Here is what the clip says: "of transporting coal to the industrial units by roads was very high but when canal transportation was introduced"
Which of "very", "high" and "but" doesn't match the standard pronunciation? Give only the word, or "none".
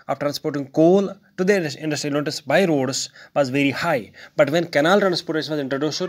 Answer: none